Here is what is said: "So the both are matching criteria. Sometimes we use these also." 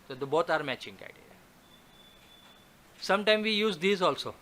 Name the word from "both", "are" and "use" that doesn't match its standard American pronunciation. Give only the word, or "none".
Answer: both